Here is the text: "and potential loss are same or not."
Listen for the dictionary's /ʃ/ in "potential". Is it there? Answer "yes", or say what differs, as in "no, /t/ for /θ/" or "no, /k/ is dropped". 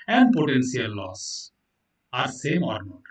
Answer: no, /s/ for /ʃ/